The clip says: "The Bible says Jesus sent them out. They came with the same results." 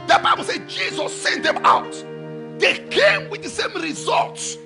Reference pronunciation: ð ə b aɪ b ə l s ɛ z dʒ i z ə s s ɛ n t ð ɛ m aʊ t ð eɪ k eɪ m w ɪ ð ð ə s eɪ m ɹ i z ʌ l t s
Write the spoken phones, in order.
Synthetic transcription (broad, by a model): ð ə b aɪ b ə l s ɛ dʒ i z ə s s ɛ n t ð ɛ m aʊ t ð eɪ k eɪ m w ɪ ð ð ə s eɪ m ɹ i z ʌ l t s